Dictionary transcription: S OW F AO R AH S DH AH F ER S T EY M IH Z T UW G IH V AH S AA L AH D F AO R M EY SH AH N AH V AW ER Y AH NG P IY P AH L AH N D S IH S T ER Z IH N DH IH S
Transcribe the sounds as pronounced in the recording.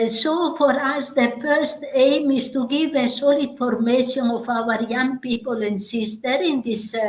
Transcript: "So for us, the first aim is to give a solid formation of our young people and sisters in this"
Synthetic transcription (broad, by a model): S OW F AO R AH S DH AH F ER S T EY M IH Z T UW G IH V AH S AA L AH D F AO R M EY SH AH N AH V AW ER Y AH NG P IY P AH L AH N D S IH S T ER IH N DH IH S